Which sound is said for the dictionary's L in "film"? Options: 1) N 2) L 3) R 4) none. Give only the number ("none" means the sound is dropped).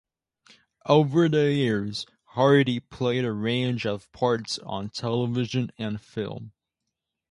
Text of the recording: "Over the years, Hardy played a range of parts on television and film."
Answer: 2